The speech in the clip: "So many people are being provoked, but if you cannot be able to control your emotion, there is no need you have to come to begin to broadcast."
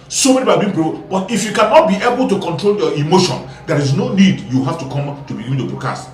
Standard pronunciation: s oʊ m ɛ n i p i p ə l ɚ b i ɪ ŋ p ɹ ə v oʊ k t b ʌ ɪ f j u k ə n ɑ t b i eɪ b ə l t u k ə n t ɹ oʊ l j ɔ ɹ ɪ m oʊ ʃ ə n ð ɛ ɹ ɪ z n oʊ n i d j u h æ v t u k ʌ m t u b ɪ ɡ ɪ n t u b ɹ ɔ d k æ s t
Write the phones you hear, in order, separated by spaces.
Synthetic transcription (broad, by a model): s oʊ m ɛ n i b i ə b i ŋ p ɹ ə b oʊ t ɪ f j u k ə n ɑ t b i eɪ b ə l t u k ə n t ɹ oʊ l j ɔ ɪ m oʊ ʃ ə n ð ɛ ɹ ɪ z n oʊ n i d j u h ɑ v t u k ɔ m t u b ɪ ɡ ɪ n t u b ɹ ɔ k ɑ s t